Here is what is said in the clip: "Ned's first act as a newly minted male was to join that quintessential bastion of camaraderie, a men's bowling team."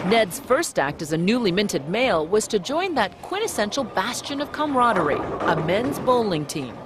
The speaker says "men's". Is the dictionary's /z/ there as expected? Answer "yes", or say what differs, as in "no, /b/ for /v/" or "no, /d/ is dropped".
yes